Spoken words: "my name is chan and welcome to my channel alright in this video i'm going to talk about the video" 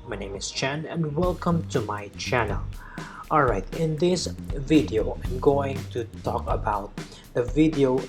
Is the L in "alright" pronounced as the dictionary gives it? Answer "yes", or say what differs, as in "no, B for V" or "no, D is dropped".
yes